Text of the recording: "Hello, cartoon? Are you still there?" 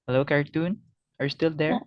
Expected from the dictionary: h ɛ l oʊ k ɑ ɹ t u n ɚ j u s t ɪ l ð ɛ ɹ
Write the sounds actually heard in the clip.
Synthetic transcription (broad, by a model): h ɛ l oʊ k ɑ ɹ t u n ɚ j s t ɪ l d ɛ ɹ